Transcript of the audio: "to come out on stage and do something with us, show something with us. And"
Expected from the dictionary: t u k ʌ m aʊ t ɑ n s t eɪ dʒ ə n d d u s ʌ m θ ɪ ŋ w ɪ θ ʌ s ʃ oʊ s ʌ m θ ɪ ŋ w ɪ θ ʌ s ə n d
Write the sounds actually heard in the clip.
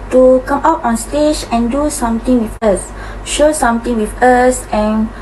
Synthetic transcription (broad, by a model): t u k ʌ m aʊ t ɑ n s t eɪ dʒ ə n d d u s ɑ m t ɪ ŋ w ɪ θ ʌ s ʃ oʊ s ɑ m t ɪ ŋ w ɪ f ʌ s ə n